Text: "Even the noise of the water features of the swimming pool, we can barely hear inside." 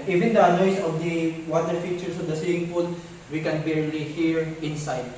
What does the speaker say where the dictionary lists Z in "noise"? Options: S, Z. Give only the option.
S